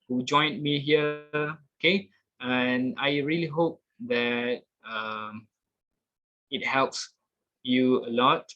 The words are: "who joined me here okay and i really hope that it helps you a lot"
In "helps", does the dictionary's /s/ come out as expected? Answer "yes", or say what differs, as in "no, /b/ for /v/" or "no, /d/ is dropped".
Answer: yes